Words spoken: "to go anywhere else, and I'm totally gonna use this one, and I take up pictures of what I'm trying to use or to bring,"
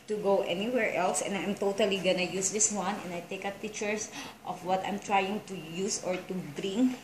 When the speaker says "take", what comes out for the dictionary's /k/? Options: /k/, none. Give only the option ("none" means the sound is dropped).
/k/